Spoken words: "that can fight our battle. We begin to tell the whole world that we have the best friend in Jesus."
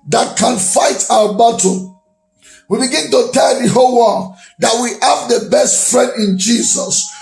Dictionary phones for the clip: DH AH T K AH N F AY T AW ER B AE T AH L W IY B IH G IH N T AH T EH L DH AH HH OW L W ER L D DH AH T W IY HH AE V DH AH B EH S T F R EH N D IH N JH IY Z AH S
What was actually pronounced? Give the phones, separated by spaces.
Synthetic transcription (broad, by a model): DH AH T K AH N F AY T AW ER B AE T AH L W IY B IH G IH N T AH T EH L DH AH HH OW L W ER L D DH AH T W IY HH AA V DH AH B EH S T F R EH N D IH N JH IY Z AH S